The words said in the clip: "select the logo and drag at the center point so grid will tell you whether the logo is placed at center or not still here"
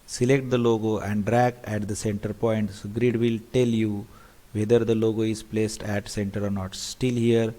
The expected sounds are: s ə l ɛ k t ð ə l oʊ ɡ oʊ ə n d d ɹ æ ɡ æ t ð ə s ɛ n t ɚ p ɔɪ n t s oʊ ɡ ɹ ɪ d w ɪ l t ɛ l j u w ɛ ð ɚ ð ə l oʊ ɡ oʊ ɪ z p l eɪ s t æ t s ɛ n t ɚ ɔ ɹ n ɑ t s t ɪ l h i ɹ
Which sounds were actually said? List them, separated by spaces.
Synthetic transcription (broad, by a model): s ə l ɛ k t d ə l oʊ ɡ oʊ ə n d d ɹ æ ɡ æ t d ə s ɛ n t ɚ p ɔɪ n t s ɡ ɹ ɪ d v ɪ l t ɛ l j u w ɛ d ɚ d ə l oʊ ɡ oʊ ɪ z p l eɪ s t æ t s ɛ n t ɚ ɔ ɹ n ɑ t s t ɪ l h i ɹ